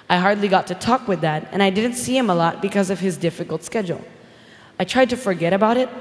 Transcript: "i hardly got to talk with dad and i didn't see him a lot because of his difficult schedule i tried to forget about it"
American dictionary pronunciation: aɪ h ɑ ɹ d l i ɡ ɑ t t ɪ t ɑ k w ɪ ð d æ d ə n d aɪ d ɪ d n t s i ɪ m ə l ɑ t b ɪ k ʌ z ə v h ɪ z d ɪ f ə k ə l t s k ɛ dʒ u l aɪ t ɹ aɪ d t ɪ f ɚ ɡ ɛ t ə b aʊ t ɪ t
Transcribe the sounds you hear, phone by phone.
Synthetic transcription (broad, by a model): aɪ h ɑ ɹ d l i ɡ ɑ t t ɪ t ɑ k w ɪ ð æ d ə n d aɪ d ɪ d n t s i ɪ m ə l ɑ t b ɪ k ʌ z ə v ɪ z d ɪ f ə k l t s k ɛ dʒ l aɪ t ɹ aɪ d t ɪ f ɚ ɡ ɛ t ə b aʊ t ɪ t